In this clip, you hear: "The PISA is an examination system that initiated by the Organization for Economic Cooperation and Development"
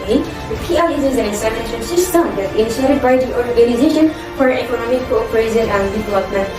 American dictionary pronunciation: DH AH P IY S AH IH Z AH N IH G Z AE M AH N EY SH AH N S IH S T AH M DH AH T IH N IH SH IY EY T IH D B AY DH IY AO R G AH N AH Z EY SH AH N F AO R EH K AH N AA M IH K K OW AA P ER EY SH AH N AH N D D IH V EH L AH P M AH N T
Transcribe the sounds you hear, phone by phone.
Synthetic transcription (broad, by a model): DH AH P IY AH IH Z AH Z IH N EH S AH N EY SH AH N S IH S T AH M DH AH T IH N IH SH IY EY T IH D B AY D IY AO R G AH N AH Z EY SH AH N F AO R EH K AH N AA M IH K K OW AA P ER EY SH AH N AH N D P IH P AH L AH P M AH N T